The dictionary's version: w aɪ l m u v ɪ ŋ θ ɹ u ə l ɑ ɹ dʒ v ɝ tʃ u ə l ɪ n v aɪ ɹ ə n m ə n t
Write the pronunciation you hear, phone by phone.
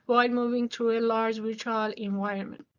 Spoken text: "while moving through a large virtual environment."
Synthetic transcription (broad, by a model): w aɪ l m u v ɪ ŋ t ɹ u ə l ɑ ɹ dʒ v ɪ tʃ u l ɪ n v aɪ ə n m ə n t